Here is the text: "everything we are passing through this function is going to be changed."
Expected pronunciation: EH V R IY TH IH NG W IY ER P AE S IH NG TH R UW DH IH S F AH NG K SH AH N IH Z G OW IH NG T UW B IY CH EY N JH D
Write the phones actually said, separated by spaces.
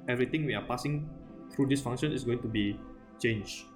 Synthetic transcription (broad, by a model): EH V R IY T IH NG W IY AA P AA S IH NG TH R UW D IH S F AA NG SH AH N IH S G OW IH NG T UW B IY CH EY N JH